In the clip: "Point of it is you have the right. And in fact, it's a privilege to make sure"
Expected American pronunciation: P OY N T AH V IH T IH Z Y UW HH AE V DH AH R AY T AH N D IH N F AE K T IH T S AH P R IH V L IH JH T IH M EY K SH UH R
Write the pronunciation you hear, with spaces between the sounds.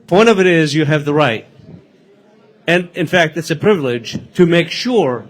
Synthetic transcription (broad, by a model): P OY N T AH V IH T IH Z Y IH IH V DH AH R AY T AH N IH N F AE K T IH T S AH P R IH V L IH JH T IH M EY K SH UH R